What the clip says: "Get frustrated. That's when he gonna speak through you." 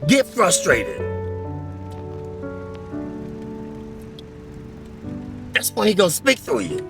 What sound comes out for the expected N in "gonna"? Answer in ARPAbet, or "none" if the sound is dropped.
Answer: none